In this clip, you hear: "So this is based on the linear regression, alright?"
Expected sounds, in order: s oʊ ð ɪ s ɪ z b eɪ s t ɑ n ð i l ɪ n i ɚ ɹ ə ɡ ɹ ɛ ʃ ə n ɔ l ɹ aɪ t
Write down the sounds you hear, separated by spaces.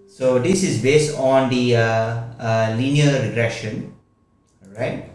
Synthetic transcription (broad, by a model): s oʊ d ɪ s ɪ z b eɪ s t ɑ n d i l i n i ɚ ɹ ə ɡ ɹ ɛ ʃ ə n ɹ aɪ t